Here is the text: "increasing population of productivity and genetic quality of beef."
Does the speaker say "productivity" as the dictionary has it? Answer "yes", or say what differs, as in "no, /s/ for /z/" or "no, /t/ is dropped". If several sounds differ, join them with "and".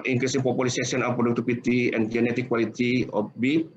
no, /p/ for /v/